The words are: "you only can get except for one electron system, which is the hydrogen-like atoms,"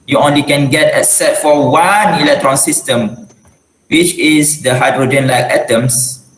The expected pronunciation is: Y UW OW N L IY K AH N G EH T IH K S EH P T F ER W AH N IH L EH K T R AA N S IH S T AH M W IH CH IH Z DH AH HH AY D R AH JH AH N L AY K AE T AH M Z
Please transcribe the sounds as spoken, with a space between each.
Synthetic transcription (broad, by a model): Y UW OW N L IY K AH N G EH T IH S EH T F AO W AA N IH L EH K T R AA N S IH S T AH M W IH CH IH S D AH HH AY D R AH JH AH N L AY K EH T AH M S